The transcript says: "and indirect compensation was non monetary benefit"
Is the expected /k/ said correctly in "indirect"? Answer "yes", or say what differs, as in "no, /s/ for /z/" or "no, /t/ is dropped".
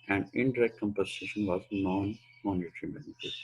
yes